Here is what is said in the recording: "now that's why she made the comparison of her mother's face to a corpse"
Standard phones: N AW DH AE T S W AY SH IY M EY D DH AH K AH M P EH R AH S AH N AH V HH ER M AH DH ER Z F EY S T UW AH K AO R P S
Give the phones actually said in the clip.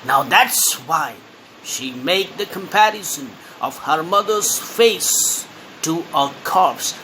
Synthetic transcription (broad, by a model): N AW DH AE T S W AY SH IY M EY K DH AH K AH M P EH R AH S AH N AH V HH ER M AH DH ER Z F EY S T UW AH K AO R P S